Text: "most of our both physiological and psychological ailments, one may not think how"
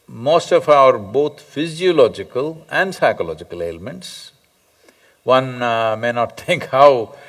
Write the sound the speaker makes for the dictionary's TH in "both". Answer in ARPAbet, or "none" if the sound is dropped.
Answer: T